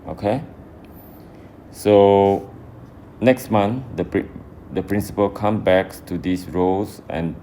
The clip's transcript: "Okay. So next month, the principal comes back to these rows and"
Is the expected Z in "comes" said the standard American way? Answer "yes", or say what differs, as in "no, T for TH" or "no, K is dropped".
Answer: no, Z is dropped